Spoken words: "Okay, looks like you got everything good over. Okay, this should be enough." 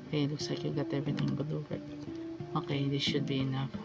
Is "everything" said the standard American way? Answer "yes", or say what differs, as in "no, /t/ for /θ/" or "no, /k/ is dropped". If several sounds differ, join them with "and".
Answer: no, /t/ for /θ/